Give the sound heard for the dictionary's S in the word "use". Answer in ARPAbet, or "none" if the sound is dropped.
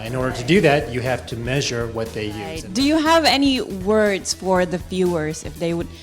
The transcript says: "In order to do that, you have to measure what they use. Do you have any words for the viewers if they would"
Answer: none